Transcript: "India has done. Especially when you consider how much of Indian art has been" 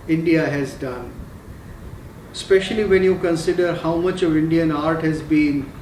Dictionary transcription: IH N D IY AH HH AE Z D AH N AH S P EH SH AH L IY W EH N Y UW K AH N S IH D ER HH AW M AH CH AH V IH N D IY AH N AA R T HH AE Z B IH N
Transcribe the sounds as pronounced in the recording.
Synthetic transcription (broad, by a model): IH N D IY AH HH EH Z D AH N S P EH SH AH L IY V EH N Y UW K AH N S IH D ER HH AW M AH CH AH V IH N D IY AH N AA R T HH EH Z B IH N